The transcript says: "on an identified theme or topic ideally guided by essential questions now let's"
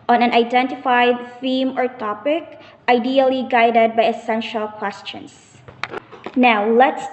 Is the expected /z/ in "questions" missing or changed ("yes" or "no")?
yes